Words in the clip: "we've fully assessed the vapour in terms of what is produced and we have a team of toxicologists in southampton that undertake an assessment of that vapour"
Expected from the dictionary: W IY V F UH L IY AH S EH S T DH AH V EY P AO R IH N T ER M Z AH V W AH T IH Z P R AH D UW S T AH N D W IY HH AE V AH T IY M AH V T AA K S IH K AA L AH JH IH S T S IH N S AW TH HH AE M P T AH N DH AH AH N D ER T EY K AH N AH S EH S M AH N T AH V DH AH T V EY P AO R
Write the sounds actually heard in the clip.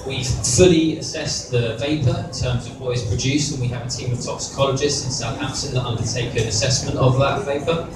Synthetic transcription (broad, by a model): W IY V F UH L IY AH S EH S DH AH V EY P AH R IH N T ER M Z AH V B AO IH Z P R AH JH UW S AH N W IY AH V AH T IY M AH V T AA K S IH K AA L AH JH IH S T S IH N S AW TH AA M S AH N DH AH AH N D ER T EY K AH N AH S EH S M AH N T AH V DH AH T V EY P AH